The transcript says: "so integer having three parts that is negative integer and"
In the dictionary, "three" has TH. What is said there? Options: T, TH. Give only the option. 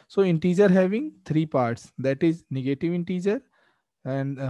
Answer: T